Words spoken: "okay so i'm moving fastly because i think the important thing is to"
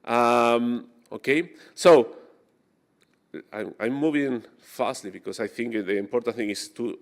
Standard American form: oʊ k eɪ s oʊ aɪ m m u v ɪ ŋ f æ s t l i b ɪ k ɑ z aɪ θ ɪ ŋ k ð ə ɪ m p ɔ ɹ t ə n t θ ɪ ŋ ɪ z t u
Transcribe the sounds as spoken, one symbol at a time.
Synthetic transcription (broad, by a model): oʊ k eɪ s oʊ aɪ m m u v ɪ ŋ f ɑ s t l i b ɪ k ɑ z aɪ θ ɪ ŋ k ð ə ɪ m p ɔ ɹ t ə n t θ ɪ ŋ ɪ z t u